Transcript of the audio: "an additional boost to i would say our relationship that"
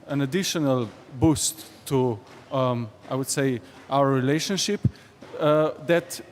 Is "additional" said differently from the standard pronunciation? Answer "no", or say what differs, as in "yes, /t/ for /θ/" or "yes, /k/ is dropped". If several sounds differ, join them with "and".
no